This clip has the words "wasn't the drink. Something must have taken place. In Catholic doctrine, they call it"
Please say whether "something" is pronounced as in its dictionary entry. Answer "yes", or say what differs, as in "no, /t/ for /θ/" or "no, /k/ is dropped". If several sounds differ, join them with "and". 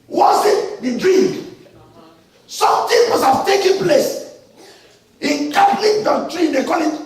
no, /t/ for /θ/